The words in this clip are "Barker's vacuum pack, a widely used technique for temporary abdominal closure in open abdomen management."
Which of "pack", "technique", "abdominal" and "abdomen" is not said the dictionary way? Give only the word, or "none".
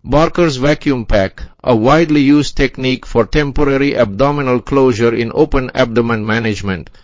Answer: none